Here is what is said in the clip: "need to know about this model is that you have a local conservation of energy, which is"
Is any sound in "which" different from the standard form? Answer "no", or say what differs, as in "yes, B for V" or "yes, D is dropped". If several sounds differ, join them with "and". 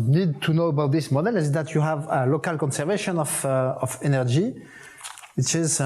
yes, S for CH